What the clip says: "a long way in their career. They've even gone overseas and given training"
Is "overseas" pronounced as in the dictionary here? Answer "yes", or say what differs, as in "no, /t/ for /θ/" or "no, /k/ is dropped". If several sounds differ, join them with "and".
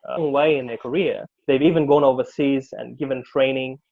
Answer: yes